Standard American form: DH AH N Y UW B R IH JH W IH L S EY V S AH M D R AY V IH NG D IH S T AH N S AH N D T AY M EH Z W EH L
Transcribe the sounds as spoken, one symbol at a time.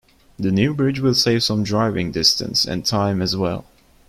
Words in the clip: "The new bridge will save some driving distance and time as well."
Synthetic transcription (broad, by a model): DH AH N Y UW B R IH JH W IH L S EY V S AH M D R AY V IH NG D IH S T AH N S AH N T AY M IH Z W EH L